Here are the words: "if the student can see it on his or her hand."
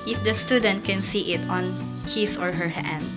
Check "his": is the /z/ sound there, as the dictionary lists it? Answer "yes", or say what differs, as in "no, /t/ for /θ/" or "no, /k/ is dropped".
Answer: no, /s/ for /z/